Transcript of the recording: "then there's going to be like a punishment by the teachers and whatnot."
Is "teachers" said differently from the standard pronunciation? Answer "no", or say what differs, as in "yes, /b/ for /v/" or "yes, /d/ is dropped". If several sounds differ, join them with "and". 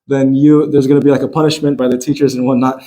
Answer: no